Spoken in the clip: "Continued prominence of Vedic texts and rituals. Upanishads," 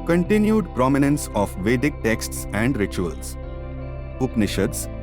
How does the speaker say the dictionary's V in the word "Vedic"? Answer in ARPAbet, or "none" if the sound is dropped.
V